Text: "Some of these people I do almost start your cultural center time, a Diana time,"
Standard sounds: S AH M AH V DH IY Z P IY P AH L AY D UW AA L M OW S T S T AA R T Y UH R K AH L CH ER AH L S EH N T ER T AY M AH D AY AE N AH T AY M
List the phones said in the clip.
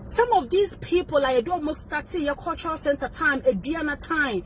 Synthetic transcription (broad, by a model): S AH M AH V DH IY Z P IY P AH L AY D UW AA M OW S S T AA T Y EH K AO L CH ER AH S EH N T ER T AY M AH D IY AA N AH T AY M